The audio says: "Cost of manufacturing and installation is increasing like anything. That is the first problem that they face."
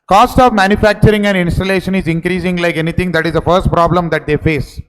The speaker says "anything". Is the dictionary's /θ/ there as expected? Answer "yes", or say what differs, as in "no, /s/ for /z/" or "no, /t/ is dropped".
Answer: no, /t/ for /θ/